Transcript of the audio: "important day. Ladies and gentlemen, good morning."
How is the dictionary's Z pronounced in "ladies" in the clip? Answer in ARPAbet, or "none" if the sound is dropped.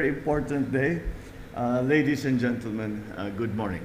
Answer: S